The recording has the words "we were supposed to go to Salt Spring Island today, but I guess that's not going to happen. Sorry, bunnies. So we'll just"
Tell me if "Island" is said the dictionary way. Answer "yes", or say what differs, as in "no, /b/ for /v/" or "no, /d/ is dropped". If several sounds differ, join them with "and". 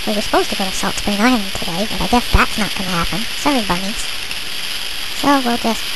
no, /l/ is dropped